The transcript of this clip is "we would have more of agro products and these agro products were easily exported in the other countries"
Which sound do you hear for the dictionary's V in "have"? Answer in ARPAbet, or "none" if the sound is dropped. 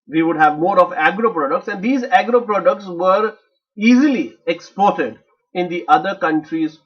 V